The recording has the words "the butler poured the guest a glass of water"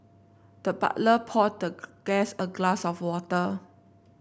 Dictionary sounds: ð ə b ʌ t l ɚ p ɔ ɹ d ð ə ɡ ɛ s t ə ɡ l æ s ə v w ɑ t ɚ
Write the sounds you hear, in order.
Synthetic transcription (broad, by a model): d ə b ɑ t l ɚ p ɔ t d ə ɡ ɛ s ə ɡ l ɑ s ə f w ɑ t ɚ